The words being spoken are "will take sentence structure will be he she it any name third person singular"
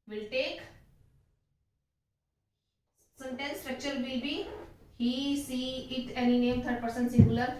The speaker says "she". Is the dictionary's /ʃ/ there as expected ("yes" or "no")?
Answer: no